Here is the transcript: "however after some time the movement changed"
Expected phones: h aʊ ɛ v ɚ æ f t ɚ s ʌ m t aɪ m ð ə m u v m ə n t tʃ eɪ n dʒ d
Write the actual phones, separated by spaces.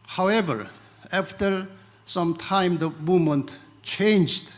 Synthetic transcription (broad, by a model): h aʊ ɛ v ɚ æ f t ɚ s ʌ m t aɪ m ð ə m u m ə n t tʃ eɪ n dʒ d